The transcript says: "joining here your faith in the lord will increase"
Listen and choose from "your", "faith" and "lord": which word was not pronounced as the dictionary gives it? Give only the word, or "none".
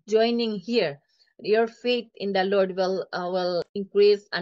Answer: faith